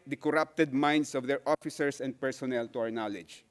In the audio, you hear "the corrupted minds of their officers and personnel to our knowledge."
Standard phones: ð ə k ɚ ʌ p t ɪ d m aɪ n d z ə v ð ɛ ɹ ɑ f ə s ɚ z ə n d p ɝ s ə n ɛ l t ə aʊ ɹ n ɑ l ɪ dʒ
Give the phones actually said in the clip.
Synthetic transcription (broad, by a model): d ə k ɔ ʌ p t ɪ d m aɪ n d s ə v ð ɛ ɹ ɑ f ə s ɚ s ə n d p ɝ s ə n ɛ l t ə aʊ ɹ n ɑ l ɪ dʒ